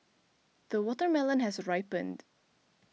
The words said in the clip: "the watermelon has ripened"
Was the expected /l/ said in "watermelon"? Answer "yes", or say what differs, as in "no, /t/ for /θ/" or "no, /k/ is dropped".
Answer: yes